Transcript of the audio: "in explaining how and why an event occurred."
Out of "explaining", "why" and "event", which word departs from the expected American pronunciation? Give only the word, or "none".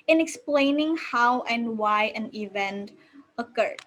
none